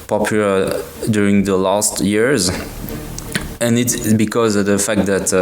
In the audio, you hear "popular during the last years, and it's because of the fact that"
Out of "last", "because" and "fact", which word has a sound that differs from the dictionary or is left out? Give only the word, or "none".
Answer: none